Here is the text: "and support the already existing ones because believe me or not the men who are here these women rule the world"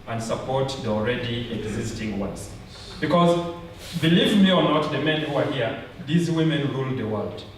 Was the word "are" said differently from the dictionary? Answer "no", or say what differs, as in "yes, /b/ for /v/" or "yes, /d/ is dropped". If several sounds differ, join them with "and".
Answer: no